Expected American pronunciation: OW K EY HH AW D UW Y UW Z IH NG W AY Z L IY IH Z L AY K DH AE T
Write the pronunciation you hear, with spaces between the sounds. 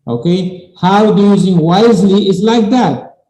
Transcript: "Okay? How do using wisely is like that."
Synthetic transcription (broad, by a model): OW K EY HH AW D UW Y UW Z IH NG W AY Z L IY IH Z L AY K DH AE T